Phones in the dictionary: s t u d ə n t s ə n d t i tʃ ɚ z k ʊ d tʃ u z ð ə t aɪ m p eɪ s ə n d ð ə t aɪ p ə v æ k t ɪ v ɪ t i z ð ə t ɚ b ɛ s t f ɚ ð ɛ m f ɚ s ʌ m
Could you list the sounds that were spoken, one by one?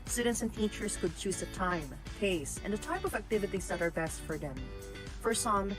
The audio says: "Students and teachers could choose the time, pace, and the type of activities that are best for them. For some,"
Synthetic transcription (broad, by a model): s t u d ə n t s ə n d t i tʃ ɚ z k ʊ d tʃ u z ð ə t aɪ m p eɪ s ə n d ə t aɪ p ə v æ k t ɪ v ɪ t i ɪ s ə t ɚ b ɛ s t f ɚ ð ɛ m f ɚ s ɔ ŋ